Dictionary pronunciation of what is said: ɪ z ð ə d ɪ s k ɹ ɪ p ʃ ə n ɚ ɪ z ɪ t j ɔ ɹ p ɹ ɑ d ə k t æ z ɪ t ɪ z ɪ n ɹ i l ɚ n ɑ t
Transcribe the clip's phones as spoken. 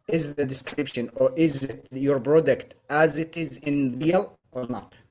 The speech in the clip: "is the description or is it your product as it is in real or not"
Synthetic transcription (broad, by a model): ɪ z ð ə d ɪ s k ɹ ɪ p ʃ ə n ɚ ɪ z ɪ t j ɔ ɹ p ɹ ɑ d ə k t æ z ɪ t ɪ z ɪ n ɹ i l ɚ n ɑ t